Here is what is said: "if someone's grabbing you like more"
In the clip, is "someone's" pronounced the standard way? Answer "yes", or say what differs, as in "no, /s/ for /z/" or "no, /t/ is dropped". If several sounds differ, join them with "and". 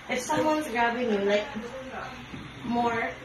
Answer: yes